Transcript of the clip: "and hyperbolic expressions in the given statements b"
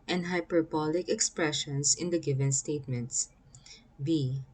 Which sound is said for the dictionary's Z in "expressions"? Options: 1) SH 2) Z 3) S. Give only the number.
3